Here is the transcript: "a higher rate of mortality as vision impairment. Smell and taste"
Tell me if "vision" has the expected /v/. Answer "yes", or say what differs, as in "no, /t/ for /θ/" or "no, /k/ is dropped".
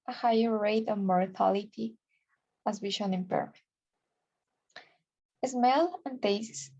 no, /w/ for /v/